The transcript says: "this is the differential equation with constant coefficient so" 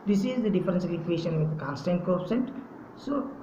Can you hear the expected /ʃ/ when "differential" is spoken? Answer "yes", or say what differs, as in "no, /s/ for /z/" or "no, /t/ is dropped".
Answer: no, /s/ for /ʃ/